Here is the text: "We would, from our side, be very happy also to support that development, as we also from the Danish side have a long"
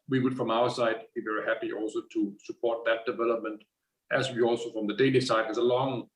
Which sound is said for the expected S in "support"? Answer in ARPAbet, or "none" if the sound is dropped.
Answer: S